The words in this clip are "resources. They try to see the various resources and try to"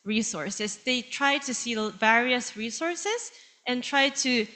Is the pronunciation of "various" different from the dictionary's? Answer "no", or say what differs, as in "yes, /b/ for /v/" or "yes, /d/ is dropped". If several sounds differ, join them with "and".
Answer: no